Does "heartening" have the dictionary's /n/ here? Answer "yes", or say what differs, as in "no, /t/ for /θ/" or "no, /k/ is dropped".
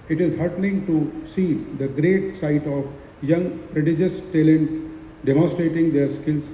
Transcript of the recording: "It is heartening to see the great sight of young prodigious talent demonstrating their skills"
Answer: no, /l/ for /n/